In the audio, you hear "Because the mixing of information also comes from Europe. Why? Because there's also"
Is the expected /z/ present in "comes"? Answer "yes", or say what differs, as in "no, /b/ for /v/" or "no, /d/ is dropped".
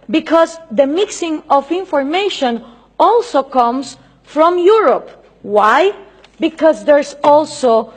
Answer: no, /s/ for /z/